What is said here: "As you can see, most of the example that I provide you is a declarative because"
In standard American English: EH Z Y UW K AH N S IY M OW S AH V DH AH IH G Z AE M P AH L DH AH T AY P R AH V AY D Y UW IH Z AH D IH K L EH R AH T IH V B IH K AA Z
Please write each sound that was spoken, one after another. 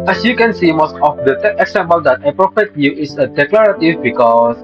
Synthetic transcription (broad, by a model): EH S Y UW K AH N S IY M OW S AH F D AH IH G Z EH M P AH L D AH T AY P R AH F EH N Y UW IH S AH D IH K L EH R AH T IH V B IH K AA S